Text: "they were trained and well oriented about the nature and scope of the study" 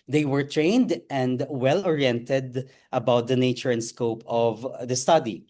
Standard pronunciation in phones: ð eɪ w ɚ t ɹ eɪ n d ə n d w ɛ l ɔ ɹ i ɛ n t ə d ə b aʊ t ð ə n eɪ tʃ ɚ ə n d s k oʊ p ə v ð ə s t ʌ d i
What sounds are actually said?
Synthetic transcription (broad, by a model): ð eɪ w ɚ t ɹ eɪ n d ə n d w ɛ l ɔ ɹ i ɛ n t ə d ə b aʊ t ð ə n eɪ tʃ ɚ ə n d s k oʊ p ə v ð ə s t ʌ d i